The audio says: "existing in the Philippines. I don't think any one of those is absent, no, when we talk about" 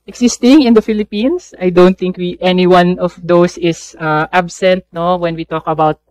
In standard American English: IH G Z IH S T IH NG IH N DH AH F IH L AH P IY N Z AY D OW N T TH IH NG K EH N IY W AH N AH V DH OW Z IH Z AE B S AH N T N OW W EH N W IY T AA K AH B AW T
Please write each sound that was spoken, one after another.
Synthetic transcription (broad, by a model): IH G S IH S T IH NG IH N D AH F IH L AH P IY N S AY D OW N T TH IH NG K EH N IY W AH N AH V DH OW S IH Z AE B S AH N T N OW W EH N W IY T AA K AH B AW T